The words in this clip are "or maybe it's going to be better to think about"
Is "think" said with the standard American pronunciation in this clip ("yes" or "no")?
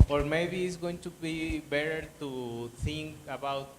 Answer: no